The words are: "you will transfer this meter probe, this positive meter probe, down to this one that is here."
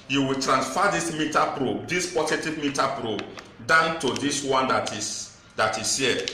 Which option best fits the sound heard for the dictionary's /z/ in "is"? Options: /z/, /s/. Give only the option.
/s/